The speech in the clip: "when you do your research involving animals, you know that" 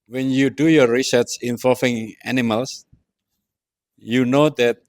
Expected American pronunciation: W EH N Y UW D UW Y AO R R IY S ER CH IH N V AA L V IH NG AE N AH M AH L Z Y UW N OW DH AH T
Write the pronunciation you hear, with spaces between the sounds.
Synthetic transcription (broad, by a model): W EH N Y UW D UW Y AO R R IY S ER S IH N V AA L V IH NG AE N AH M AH L S Y UW N OW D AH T